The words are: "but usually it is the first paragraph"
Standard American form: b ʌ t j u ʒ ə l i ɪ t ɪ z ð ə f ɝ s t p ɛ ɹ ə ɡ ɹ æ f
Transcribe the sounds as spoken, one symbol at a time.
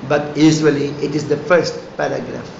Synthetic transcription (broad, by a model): b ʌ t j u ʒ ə l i ɪ t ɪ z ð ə f ɝ s t p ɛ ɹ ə ɡ ɹ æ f